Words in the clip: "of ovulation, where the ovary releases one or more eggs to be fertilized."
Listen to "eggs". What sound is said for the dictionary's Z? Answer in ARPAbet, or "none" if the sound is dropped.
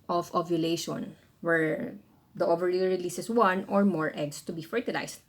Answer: S